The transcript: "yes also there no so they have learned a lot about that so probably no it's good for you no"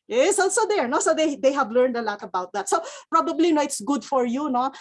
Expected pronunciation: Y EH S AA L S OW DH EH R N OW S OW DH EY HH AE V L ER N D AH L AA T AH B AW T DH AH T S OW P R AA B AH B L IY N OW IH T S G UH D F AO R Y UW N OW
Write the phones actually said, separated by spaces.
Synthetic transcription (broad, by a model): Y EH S AA L S OW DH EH R N OW S OW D EY HH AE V L ER N D AH L AA T AH B AW T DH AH T S OW P R AA B AH B L IY N OW IH T S G UH D F AO R Y UW N OW